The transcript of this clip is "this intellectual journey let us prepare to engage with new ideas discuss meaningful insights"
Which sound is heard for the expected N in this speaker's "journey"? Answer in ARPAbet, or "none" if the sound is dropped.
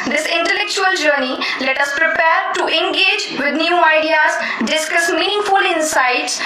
N